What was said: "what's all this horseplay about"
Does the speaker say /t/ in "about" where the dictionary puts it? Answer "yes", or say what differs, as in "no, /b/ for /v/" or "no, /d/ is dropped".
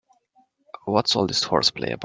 no, /t/ is dropped